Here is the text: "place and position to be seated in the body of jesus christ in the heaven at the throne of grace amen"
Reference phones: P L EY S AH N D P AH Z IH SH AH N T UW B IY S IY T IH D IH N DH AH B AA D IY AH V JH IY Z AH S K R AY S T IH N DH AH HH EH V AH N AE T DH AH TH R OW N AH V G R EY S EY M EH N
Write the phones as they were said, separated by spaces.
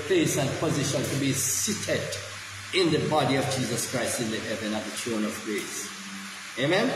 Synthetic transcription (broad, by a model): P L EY S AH N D P AH Z IH SH AH N T UW B IY S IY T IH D IH N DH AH B AA D IY AH V JH IY Z AH S K R AY S T IH N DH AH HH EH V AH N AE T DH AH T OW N AH V G R EY S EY M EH N